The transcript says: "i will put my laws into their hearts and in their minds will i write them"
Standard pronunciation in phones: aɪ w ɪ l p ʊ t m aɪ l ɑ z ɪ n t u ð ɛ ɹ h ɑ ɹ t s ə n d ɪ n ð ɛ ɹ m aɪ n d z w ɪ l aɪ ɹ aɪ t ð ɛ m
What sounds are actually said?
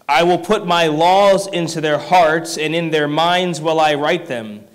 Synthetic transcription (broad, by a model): aɪ w ɪ l p ʊ t m aɪ l ɑ z ɪ n t u ð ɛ ɹ h ɑ ɹ t s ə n ɪ n ð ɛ ɹ m aɪ n d z w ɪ l aɪ ɹ aɪ t ð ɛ m